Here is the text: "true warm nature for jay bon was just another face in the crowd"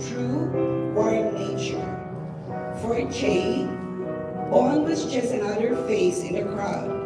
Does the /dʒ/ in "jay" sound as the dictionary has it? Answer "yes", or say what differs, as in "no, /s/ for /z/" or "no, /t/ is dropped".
no, /tʃ/ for /dʒ/